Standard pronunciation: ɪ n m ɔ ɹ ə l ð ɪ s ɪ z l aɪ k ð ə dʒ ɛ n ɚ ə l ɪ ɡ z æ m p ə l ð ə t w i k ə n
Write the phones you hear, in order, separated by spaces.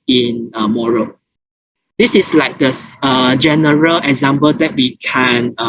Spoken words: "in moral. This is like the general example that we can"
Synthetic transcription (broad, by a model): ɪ n m ɔ ɹ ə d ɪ s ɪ s l aɪ k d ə dʒ ɛ n ɚ ə l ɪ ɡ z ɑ m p ə l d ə t w i k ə n